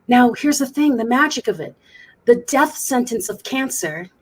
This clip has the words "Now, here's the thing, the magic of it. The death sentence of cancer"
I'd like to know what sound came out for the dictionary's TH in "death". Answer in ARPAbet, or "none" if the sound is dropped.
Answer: TH